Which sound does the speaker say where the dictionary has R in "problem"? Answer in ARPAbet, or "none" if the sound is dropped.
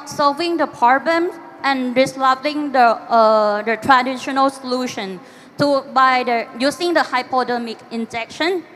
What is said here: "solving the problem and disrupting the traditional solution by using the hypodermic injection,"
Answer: none